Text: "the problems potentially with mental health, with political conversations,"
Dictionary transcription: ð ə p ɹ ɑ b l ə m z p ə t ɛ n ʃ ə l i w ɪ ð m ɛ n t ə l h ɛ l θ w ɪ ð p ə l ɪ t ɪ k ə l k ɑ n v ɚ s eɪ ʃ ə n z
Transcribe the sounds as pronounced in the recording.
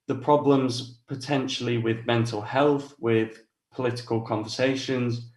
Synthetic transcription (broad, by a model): ð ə p ɹ ɑ b l ə m z p ə t ɛ n ʃ ə l i w ɪ ð m ɛ n t ə l h ɛ l θ w ɪ ð p ə l ɪ t ɪ k ə l k ɑ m v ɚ s eɪ ʃ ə n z